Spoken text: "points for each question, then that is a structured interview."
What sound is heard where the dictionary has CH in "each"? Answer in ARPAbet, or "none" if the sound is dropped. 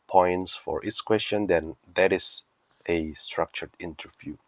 S